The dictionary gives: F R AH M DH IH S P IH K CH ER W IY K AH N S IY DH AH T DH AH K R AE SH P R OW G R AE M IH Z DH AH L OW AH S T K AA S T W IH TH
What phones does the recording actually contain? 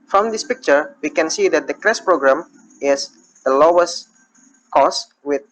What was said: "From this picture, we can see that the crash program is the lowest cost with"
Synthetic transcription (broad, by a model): F R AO M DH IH S P IH K CH ER W IY K AH N S IY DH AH T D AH K R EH S P R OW G R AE M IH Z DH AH L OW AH S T K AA S W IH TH